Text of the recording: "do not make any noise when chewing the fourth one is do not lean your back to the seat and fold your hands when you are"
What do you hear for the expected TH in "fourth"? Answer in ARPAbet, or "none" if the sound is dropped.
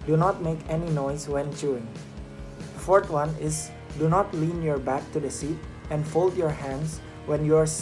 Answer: T